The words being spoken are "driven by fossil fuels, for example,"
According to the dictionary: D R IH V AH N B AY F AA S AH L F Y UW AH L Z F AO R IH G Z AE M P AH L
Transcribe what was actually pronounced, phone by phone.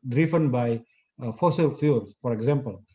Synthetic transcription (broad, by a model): D R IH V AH N B AY F AA S AH L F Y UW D F AO R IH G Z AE M P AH L